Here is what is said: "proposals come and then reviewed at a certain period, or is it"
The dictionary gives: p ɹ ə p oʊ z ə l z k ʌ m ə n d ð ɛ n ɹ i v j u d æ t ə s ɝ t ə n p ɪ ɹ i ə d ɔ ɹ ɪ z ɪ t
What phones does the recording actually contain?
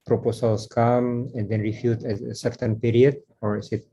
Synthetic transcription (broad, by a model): p ɹ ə p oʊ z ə l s k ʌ m ə n d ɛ n ɹ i f j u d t ə s ɝ t ə n p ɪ ɹ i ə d ɔ ɹ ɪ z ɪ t